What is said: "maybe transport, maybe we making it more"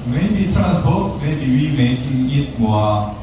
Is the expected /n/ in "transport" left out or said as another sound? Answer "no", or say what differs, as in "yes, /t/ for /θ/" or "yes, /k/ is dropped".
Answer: yes, /n/ is dropped